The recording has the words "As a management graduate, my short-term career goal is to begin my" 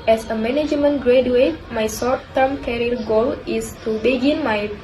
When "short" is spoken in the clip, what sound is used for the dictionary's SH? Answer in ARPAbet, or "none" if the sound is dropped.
S